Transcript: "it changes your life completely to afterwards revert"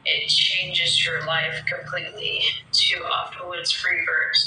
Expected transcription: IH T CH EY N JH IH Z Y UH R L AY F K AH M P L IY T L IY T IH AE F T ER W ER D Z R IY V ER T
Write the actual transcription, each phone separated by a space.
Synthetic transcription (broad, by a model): IH T CH EY N JH IH Z Y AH R L AY F K AH M P L IY T L IY T IH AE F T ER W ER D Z R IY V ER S